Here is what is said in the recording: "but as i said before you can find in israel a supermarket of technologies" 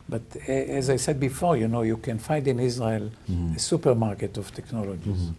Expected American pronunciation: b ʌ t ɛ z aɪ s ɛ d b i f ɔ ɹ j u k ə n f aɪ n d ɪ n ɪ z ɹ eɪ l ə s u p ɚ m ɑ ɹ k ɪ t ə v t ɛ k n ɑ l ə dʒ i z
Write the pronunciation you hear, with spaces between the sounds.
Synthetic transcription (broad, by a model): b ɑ t ɛ z aɪ s ɛ d b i f ɔ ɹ j u k ə n f aɪ n d ɪ n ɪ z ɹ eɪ l ə s u p ɚ m ɑ ɹ k ɪ t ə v t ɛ k n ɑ l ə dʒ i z